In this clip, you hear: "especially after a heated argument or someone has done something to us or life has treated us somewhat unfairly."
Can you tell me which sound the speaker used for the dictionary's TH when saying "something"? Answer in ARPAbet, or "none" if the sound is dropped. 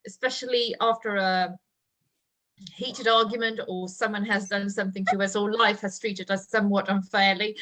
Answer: TH